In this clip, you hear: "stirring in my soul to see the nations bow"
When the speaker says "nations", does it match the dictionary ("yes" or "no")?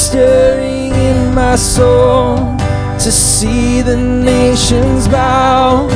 yes